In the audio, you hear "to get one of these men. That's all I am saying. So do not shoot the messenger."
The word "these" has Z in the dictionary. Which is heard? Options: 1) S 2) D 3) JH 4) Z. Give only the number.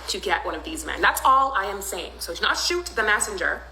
4